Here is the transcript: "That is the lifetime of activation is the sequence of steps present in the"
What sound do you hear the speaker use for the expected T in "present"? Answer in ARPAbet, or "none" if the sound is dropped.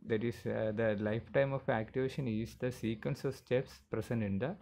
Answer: none